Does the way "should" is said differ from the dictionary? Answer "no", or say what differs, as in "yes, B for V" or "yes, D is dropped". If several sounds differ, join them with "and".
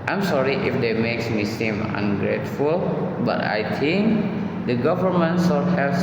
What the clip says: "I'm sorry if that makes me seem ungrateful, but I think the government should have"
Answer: yes, S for SH